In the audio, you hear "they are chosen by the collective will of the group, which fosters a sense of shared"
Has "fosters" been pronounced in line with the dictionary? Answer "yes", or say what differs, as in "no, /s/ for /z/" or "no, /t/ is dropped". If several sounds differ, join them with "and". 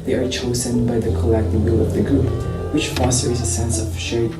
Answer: yes